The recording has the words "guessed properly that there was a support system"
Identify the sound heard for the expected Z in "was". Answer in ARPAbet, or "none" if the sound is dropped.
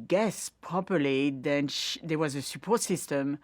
Z